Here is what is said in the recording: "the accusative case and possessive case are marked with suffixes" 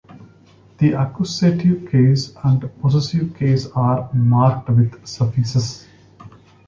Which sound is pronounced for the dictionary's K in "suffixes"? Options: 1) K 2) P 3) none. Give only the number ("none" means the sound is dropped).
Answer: 3